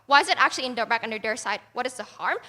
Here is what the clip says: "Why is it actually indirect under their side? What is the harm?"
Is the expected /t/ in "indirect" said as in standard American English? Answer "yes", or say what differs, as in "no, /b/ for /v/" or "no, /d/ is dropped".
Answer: no, /t/ is dropped